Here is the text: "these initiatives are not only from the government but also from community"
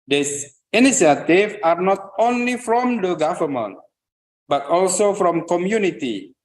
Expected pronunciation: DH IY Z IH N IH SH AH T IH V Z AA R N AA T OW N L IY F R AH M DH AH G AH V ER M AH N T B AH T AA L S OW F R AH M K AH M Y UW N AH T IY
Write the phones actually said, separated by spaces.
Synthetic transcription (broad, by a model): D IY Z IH N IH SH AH T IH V AA R N AA T OW N L IY F R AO M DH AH G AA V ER M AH N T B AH T AA L S OW F R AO M K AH M Y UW N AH T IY